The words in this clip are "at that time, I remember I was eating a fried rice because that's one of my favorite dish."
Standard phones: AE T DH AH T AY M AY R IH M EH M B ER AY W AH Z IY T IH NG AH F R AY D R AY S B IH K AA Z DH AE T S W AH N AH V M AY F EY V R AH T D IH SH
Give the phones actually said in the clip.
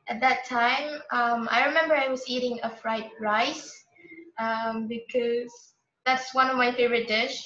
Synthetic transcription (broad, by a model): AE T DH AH T AY M AY R IH M EH M B ER AY W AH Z IY T IH NG AH F R AY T R AY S B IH K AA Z DH AE T S W AH N AH V M AY F EY V R AH T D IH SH